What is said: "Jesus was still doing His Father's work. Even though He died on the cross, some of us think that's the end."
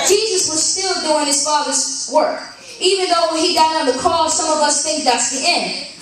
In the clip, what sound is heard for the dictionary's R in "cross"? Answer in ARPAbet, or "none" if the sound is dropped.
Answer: none